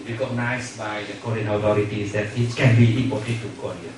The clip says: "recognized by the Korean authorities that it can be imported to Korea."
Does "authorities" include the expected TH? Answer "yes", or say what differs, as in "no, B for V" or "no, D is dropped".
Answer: no, T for TH